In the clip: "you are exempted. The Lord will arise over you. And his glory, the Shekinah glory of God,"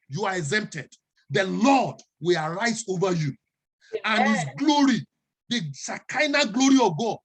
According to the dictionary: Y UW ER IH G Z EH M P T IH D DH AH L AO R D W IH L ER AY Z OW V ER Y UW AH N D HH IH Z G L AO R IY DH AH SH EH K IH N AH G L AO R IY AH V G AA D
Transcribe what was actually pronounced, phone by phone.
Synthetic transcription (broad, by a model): Y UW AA IH G Z EH M P T IH D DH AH L AO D W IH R AY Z OW V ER Y UW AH N HH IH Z G L AO R IY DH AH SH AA K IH N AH G L AO R IY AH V G AA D